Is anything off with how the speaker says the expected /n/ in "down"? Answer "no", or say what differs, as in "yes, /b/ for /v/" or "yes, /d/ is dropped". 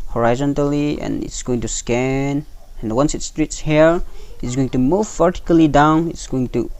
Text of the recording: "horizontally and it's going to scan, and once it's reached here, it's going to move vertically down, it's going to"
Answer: no